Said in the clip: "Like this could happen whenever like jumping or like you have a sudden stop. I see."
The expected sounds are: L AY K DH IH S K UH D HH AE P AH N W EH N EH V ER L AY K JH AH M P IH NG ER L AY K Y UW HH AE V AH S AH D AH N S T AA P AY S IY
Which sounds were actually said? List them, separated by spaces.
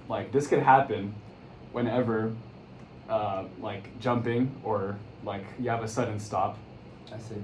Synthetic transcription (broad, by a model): L AY K DH IH S K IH D HH AE P AH N W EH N EH V ER L AY K JH AH M P IH NG ER L AY K Y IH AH V AH S AH D N S T AA P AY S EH